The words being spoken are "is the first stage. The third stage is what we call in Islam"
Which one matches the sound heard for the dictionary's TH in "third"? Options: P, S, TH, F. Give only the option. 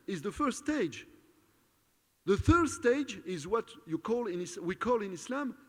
TH